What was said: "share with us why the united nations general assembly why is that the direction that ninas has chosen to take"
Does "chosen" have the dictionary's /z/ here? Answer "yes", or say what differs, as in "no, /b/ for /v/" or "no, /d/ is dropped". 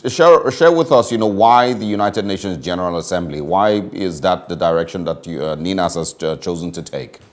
yes